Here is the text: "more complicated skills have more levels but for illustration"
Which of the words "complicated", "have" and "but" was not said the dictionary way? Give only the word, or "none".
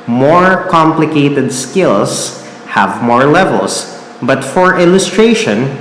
none